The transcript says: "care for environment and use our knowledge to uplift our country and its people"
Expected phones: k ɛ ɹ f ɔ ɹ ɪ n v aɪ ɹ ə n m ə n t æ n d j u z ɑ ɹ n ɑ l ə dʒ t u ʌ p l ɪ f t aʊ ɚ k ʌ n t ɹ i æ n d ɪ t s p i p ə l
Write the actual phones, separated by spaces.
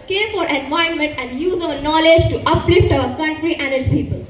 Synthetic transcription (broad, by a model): k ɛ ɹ f ɔ ɹ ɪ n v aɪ ə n m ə n t æ n d j u z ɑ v n ɑ l ə dʒ t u ʌ p l ɪ f t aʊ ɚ k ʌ n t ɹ i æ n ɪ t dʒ p i p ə l